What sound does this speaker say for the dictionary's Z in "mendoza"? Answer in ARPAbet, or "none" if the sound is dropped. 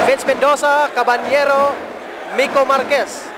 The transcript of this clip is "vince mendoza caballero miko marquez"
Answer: S